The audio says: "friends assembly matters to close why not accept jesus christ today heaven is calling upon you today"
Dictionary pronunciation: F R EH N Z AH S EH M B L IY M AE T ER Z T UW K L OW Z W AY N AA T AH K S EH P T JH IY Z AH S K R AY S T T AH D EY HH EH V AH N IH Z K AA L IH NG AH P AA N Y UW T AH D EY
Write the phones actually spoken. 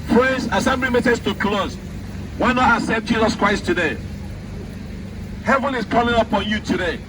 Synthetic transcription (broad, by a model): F R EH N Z AH S EH M B L IY M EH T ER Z T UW K L OW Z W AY N AA T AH S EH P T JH IY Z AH S K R AY S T T AH D EY HH EH V AH N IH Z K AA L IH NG AH P AA N Y UW T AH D EY